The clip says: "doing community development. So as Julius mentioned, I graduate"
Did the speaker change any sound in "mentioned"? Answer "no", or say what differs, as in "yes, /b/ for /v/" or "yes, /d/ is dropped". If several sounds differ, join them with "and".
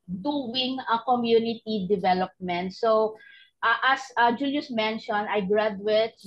yes, /d/ is dropped